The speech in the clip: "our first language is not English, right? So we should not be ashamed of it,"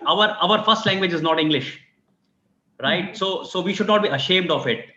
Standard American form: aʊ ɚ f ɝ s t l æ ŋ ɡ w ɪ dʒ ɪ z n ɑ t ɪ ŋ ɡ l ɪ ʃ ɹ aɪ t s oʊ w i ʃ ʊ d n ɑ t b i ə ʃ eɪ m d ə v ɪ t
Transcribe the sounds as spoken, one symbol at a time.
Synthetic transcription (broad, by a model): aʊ ɚ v ɝ s t l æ ŋ ɡ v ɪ dʒ ɪ z n ɑ t ɪ ŋ ɡ l ɪ ʃ ɹ aɪ t s oʊ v i ʃ ʊ d n ɑ t b i ə ʃ eɪ m d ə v ɪ t